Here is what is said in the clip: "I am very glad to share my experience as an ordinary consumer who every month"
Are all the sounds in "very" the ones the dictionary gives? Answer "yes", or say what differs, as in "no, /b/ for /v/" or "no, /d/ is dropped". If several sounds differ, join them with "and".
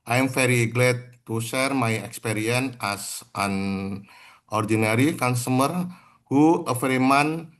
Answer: no, /f/ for /v/